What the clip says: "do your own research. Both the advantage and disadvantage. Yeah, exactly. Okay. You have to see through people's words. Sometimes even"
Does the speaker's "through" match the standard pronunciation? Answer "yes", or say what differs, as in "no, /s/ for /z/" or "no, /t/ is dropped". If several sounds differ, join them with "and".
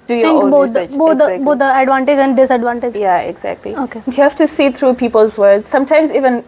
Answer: no, /t/ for /θ/